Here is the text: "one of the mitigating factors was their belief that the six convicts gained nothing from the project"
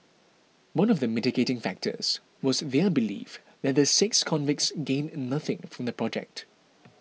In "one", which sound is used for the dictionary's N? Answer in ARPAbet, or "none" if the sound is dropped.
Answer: N